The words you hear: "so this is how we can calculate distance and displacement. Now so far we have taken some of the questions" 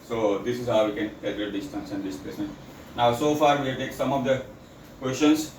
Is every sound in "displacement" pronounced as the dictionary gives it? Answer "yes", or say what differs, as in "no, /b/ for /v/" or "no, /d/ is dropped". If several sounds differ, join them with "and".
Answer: no, /l/ is dropped and /m/ is dropped